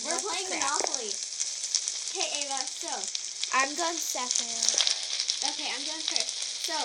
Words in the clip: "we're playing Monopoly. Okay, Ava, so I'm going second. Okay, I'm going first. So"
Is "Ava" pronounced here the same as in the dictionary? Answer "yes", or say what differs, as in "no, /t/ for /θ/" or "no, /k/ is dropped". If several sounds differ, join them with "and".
no, /v/ is dropped